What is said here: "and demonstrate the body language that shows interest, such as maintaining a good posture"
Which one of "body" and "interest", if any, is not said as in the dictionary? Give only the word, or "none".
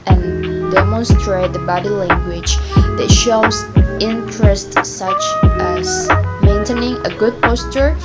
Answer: none